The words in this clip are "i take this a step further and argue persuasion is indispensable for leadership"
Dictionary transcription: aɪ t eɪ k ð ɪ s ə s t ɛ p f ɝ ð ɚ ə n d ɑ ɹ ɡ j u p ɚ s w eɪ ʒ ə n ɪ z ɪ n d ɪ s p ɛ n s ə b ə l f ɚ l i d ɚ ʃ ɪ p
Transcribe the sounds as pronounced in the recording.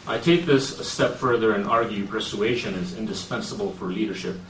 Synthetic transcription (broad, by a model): aɪ t eɪ k ð ɪ s ə s t ɛ p f ɝ ð ɚ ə n ɑ ɹ ɡ j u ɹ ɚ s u eɪ ʃ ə n ɪ z ɪ n d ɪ s p ɛ n s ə b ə l f ɚ l i d ɚ ʃ ɪ p